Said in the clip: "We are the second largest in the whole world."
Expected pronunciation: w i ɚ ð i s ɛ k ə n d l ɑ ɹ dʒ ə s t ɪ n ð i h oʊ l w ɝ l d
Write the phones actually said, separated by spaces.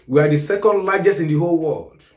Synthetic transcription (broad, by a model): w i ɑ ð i s ɛ k ə n d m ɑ dʒ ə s ɪ n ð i h oʊ l w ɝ l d